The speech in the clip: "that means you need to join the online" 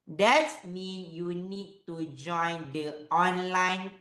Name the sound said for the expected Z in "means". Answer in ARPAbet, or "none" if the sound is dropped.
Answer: none